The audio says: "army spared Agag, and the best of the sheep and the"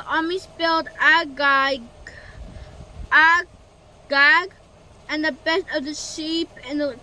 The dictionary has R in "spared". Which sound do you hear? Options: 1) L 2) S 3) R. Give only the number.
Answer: 1